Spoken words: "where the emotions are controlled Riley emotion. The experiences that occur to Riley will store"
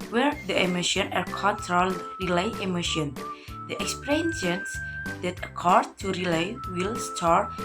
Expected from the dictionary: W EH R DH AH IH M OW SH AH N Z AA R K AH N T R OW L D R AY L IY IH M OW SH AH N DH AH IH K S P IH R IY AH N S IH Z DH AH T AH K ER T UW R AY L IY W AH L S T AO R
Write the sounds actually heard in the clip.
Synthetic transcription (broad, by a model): W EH R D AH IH M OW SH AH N AA R K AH N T R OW L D R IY L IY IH M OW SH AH N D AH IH K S P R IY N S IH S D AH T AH K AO T UW R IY L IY W AH L S T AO R